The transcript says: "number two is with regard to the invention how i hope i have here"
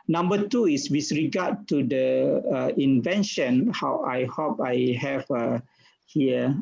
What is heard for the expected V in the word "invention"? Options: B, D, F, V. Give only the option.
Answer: V